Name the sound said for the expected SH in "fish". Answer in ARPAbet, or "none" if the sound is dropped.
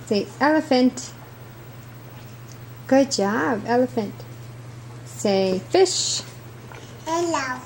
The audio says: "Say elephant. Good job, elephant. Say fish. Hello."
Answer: SH